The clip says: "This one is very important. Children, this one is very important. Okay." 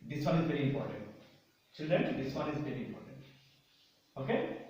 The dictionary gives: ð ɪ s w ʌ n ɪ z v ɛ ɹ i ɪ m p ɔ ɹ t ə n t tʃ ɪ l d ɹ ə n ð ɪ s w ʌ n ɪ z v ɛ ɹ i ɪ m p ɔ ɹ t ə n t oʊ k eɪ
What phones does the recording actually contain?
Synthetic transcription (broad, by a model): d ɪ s w ʌ n ɪ z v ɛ ɹ i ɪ m p ɔ ɹ t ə n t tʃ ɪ d ə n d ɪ s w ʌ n ɪ z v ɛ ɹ i ɪ m p ɔ ɹ t ə n t oʊ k eɪ